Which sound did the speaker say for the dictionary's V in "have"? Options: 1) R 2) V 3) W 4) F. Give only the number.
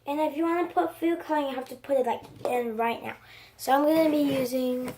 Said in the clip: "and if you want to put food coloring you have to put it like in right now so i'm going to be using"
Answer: 4